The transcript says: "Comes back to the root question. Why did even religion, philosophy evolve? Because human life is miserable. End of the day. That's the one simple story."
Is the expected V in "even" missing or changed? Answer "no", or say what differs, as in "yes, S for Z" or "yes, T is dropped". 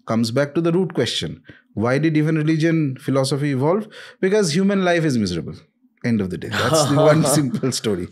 yes, F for V